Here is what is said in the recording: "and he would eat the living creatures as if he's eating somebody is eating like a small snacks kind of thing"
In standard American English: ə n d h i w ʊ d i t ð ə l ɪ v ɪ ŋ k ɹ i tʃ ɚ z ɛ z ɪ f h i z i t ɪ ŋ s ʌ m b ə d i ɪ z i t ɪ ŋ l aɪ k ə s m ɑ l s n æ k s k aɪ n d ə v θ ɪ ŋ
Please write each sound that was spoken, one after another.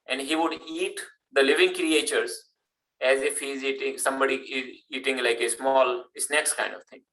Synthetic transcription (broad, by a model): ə n d h i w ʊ d i t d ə l ɪ v ɪ ŋ k ɹ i tʃ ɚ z ɛ z ɪ f h i z i t ɪ ŋ s ʌ m b ə d i ɪ z i t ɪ ŋ l aɪ k ə s m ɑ l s n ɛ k s k aɪ n d ə v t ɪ ŋ